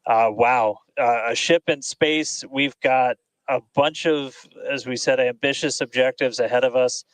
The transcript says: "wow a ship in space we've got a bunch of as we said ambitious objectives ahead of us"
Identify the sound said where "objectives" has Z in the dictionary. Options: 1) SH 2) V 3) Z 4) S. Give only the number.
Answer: 3